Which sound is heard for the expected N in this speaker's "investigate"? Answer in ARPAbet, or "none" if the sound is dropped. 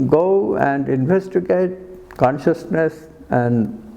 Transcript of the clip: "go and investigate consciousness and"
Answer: N